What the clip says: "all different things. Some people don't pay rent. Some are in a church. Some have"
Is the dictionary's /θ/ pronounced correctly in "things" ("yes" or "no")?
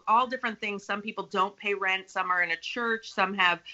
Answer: yes